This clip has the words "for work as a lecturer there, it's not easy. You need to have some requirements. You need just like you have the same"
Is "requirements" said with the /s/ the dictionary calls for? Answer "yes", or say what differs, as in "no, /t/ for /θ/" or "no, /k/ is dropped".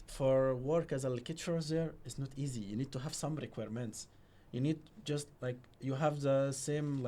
yes